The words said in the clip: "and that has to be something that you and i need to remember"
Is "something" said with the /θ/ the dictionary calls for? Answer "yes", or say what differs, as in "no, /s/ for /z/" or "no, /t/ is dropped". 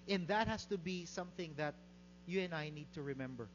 yes